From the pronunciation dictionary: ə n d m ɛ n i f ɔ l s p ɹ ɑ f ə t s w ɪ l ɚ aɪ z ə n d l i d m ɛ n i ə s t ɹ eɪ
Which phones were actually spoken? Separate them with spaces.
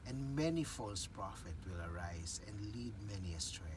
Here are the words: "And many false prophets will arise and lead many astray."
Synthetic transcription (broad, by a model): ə n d m ɛ n i f ɔ l s p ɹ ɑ f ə t w ɪ l ɚ aɪ z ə n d l i d m ɛ n i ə s t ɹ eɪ